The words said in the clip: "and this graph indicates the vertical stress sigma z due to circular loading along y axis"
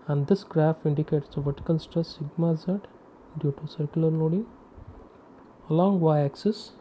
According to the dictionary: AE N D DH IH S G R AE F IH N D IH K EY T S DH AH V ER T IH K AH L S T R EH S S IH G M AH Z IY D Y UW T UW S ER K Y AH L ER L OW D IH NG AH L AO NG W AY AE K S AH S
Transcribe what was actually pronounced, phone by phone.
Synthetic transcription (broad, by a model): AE N D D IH S G R AE F IH N D IH K EY T S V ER T K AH N S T AH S S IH G M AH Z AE D Y UW T UW S ER K Y AH L ER L OW D IH NG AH L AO NG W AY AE K S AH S